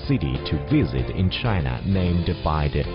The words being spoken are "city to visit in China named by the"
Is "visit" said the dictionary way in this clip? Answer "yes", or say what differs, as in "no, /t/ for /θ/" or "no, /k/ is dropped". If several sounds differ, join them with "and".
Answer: yes